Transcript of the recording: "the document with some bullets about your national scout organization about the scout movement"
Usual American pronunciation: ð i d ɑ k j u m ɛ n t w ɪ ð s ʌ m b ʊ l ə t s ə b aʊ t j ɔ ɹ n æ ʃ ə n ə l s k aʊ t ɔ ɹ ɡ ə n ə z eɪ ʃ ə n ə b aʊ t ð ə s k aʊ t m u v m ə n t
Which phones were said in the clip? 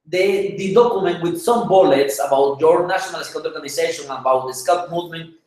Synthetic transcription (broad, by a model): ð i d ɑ k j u m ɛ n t w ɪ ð s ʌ m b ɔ l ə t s ə b aʊ t j ɔ ɹ n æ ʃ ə n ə l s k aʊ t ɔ ɹ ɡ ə n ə s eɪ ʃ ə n ə b aʊ t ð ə s k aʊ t m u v m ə n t